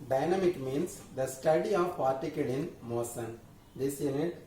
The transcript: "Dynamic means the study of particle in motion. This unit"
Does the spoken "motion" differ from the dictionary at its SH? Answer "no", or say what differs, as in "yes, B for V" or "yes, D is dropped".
yes, S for SH